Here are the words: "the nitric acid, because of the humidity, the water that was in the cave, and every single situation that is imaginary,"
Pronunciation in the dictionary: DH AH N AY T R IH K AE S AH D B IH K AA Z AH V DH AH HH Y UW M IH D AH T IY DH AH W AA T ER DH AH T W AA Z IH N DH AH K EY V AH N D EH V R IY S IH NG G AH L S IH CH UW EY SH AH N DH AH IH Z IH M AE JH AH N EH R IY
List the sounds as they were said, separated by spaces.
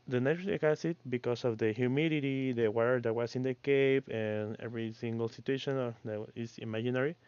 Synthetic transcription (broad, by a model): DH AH N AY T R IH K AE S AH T B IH K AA S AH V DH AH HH Y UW M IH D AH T IY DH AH W AA T ER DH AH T W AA S IH N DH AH K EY P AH N EH V R IY S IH NG G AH L S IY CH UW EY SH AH N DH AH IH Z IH M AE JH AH N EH R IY